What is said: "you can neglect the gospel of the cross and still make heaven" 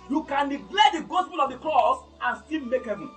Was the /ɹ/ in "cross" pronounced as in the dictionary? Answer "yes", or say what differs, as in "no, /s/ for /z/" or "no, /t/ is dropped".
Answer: no, /l/ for /ɹ/